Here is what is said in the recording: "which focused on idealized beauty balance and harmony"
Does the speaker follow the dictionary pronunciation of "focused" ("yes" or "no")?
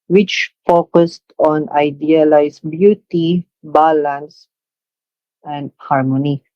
yes